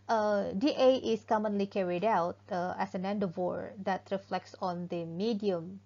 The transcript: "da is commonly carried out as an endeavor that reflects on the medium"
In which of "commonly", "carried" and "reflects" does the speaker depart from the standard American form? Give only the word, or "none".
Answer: none